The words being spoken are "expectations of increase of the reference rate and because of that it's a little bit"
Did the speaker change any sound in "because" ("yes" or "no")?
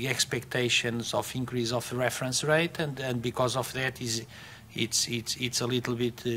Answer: no